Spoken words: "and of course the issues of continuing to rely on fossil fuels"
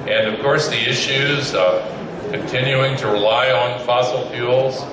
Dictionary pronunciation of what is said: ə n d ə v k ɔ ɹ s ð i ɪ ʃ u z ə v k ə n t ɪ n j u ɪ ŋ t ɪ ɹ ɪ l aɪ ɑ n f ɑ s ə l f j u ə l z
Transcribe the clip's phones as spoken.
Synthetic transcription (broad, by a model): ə n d ə v k ɔ ɹ s ð i ɪ ʃ u z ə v k ə n t ɪ n j u ɪ ŋ t ɪ ɹ ɪ l aɪ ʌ n f ɑ s l f j u l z